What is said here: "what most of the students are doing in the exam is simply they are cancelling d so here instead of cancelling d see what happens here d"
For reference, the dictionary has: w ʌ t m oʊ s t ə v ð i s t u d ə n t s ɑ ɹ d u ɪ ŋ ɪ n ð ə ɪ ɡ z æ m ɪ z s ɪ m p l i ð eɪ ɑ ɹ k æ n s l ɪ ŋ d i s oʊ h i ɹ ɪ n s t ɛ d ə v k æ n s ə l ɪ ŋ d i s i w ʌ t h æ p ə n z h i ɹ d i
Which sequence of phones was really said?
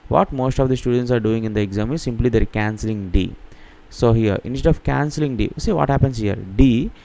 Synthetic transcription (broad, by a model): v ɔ t m oʊ s t ə v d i s t u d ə n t s ɑ ɹ d u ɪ ŋ ɪ n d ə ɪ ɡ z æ m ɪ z s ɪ m p l i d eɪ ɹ k æ n s l ɪ ŋ d i s oʊ h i ɹ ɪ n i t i ə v k æ n s ə l ɪ ŋ d i s i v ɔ t h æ p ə n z h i ɹ d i